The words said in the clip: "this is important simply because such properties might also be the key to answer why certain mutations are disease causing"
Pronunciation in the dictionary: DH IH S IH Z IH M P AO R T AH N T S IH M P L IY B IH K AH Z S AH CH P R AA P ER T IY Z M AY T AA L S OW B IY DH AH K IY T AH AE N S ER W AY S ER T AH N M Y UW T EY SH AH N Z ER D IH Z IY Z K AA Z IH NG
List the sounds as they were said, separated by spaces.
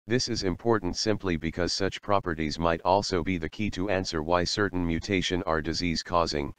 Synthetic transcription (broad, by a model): DH IH S IH Z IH M P AO R T N T S IH M P L IY B IH K AH Z S AH CH P R AA P ER T IY Z M AY T AA L S OW B IY DH AH K IY T AH AE N S ER W AY S ER T N M Y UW T EY SH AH N ER D IH Z IY Z K AA Z IH NG